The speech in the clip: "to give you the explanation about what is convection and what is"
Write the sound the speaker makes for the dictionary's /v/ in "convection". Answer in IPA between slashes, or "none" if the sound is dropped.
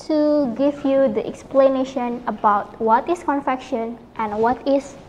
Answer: /f/